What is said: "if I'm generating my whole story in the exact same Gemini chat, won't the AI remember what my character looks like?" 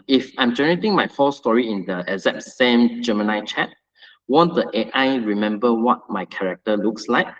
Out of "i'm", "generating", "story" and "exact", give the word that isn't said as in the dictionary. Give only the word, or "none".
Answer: exact